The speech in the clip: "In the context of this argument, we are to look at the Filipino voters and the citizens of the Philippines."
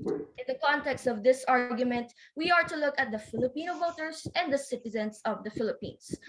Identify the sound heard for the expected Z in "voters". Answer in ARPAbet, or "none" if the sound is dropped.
S